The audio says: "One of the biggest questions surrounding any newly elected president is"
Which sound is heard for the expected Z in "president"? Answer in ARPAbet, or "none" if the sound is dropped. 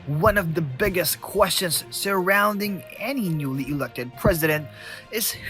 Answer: Z